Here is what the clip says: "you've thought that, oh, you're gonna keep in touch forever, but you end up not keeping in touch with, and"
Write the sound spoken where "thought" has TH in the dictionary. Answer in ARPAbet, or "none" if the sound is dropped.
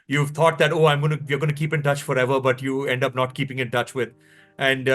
T